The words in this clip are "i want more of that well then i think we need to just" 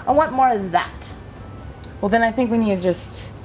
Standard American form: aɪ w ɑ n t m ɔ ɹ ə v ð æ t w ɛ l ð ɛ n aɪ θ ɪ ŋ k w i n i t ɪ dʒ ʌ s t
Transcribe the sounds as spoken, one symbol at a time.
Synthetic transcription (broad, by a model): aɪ w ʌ t m ɔ ɹ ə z ð æ t w ɛ l ð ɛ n aɪ θ ɪ ŋ k w i n i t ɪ dʒ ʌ s t